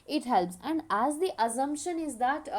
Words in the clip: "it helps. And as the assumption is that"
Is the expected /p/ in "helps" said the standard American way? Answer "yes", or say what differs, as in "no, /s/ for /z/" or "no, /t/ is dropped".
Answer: yes